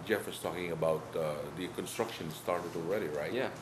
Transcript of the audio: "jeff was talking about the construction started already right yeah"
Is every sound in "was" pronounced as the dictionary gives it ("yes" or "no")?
no